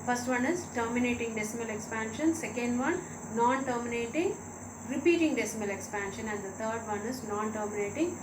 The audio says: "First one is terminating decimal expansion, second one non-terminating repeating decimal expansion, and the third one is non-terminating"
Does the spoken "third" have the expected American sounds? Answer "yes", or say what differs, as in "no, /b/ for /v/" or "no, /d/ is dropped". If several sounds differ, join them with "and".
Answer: no, /t/ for /θ/